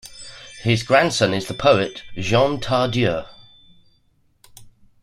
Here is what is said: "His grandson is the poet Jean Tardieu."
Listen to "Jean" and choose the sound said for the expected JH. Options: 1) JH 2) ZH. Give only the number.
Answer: 2